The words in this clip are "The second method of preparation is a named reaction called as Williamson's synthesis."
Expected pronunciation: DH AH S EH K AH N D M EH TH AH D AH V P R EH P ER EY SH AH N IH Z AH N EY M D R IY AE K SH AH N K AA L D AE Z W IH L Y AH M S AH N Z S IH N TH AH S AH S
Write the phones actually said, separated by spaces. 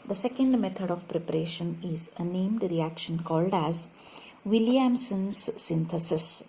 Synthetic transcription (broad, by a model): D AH S EH K AH N D M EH T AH D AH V P R EH P ER EY SH AH N IH Z AH N EY M D R IY AE K SH AH N K AA L D AE Z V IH L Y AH M S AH N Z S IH N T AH S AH S